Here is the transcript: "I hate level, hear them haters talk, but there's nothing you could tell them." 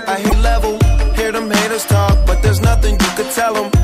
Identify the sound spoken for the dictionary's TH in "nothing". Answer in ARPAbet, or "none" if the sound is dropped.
TH